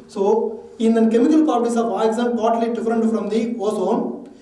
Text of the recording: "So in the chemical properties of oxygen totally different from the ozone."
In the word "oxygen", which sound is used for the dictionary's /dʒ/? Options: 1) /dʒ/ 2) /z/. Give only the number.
2